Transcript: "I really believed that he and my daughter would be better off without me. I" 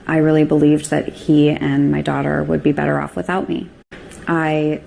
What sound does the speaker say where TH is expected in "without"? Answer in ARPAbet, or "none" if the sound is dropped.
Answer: TH